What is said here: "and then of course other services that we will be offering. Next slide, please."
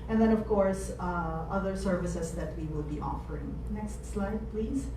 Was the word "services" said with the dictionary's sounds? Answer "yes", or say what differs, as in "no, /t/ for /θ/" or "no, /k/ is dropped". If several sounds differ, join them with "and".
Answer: no, /s/ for /z/